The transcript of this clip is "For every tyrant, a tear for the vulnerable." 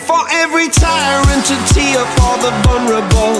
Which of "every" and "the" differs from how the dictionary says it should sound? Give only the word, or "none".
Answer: none